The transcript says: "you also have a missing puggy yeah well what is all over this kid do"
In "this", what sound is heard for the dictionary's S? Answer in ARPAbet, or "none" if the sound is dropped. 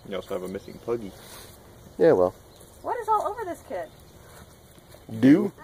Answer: S